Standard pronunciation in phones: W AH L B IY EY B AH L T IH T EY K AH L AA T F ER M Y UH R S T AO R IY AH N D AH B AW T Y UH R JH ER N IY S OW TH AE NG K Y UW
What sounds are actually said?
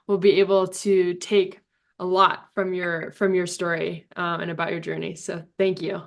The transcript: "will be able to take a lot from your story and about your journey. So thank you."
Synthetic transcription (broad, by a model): W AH L B IY EY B L T IH T EY K AH L AA T F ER M Y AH R S T AO R IY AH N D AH B AW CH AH R JH ER N IY S OW TH AE NG K Y UW